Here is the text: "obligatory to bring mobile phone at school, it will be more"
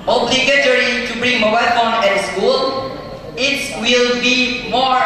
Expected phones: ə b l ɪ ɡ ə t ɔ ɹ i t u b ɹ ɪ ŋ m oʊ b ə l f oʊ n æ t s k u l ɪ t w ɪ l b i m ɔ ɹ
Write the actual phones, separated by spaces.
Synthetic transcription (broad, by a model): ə b l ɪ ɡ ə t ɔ ɹ i t u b ɹ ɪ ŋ m oʊ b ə l f oʊ n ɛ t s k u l ɪ t w ɪ l b i m ɔ